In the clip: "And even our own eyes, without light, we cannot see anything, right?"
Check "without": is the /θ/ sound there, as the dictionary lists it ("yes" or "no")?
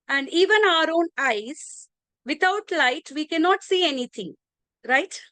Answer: no